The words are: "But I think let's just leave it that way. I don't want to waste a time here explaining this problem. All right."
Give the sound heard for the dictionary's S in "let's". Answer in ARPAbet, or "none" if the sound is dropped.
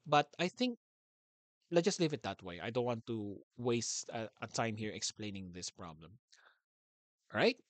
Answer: none